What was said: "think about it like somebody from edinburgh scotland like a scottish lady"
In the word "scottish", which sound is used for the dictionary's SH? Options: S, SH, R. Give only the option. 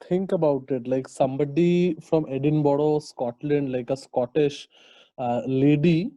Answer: SH